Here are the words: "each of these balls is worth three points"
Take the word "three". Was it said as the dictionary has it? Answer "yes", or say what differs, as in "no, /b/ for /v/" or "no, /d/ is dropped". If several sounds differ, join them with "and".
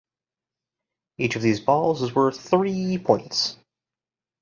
yes